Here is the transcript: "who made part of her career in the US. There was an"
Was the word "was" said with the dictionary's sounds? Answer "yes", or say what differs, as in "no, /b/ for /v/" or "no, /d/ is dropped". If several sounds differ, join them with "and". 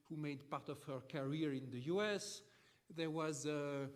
yes